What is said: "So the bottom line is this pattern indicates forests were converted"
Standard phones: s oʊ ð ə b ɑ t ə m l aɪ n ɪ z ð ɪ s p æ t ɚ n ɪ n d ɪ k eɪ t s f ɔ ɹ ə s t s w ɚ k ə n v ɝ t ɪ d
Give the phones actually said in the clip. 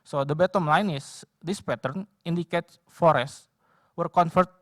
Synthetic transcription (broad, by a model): s oʊ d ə b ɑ t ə m l aɪ n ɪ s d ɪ s p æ t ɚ n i n d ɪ k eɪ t f ɔ ɹ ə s s w ɚ k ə n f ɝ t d